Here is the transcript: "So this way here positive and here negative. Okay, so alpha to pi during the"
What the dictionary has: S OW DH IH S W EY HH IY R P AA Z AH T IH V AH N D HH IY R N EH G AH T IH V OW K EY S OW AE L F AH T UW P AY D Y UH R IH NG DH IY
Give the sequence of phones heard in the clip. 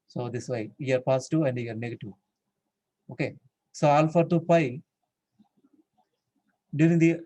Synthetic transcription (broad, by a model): S OW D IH S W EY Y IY R P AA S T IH AH N D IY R N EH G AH T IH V OW K EY S OW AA L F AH T UW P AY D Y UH R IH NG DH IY